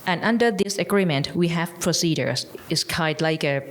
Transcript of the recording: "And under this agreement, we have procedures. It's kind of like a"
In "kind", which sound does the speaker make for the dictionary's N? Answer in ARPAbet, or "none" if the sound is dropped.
none